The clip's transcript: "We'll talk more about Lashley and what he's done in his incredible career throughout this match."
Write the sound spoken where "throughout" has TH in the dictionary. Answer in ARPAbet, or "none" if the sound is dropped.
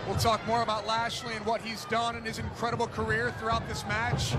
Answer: TH